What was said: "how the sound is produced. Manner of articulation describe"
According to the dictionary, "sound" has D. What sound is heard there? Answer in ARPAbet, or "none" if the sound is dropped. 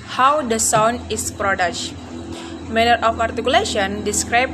none